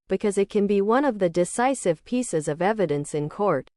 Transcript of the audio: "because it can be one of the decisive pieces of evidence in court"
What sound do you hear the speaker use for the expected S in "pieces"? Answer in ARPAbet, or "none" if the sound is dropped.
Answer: S